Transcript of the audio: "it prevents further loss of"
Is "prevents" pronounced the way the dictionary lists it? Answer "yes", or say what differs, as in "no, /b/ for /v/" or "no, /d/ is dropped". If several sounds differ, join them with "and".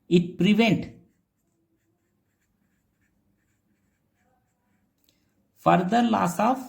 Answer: no, /s/ is dropped